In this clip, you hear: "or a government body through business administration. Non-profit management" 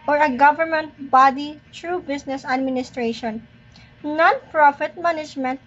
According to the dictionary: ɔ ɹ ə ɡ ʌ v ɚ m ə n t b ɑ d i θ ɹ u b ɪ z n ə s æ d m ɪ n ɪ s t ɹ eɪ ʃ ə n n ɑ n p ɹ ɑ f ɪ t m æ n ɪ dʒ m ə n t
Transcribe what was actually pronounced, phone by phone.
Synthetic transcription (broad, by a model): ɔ ɹ ə ɡ ʌ v ɚ m ə n t b ɑ d i t ɹ u b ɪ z n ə s æ d m ɪ n ɪ s t ɹ eɪ ʃ ə n n ɑ n p ɹ ɑ f ɪ t m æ n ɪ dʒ m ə n t